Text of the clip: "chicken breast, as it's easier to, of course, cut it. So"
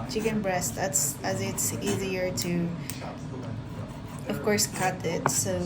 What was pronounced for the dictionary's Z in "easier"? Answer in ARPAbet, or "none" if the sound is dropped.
Z